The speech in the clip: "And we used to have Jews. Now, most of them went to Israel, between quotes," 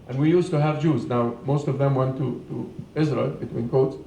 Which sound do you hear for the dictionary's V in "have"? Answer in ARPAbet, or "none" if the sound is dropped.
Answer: V